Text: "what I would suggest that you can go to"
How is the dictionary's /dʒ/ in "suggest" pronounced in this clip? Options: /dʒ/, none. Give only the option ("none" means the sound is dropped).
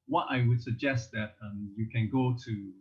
/dʒ/